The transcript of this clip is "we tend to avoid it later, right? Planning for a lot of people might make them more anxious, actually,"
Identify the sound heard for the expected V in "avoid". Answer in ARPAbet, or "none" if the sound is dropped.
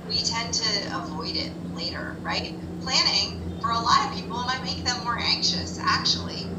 V